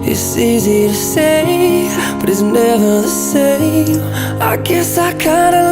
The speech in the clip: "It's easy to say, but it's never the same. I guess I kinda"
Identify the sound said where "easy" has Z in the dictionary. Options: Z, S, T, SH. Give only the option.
Z